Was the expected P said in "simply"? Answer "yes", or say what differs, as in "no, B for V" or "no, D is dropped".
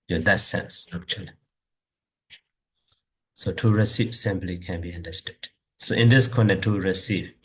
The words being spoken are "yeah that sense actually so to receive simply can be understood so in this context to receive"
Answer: no, B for P